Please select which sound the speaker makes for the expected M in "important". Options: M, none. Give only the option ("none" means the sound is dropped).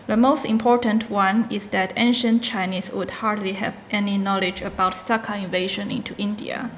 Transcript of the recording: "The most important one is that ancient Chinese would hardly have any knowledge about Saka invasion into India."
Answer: M